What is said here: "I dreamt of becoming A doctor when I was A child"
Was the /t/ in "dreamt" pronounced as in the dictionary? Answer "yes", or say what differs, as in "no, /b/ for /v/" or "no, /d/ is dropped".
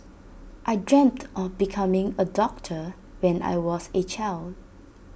yes